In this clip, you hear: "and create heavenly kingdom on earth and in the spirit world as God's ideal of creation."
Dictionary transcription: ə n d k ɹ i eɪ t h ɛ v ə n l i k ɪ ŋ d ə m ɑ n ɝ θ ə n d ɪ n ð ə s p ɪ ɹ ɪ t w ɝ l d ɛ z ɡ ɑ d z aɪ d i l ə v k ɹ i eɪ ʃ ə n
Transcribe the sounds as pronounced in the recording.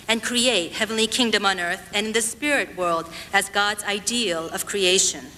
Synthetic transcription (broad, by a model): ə n k ɹ i eɪ t h ɛ v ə n l i k ɪ ŋ d ə m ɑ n ɝ θ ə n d ɪ n ð ə s p ɪ ɹ ɪ t w ɝ l d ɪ z ɡ ɑ d z aɪ d i l ə v k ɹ i eɪ ʃ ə n